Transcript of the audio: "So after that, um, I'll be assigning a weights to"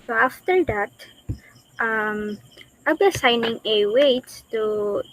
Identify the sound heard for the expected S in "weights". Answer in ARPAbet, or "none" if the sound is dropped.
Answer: none